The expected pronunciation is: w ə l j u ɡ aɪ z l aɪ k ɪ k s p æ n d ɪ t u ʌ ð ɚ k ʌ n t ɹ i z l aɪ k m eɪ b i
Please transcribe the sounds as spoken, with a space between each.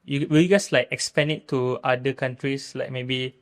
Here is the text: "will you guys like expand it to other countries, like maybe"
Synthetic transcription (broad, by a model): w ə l j u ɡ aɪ s l aɪ k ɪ k s p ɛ n ɪ t u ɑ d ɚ k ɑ n t ɹ i s l aɪ k m eɪ b i